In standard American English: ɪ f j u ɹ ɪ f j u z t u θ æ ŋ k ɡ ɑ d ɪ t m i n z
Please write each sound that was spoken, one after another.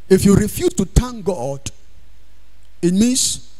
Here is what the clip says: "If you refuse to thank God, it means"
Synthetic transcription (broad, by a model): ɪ f j u ɹ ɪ f j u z t u t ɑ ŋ ɡ ɑ d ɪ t m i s